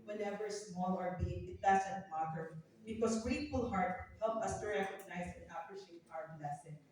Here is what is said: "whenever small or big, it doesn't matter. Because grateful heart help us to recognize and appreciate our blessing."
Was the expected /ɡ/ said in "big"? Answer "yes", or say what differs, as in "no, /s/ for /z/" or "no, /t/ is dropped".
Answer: no, /ɡ/ is dropped